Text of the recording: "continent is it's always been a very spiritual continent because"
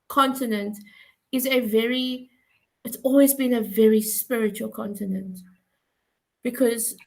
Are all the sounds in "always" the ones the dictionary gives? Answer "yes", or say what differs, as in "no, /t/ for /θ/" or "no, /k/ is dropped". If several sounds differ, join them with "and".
yes